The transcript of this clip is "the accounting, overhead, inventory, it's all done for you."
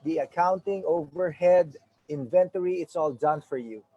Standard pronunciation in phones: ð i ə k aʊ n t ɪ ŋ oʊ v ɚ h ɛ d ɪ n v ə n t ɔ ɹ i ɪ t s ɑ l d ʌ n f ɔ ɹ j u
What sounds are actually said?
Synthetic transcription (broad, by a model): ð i ə k aʊ n t ɪ ŋ oʊ v ɚ h ɛ d ɪ n v ə n t ɔ ɹ i ɪ t s ɑ l d ʌ n f ɔ ɹ j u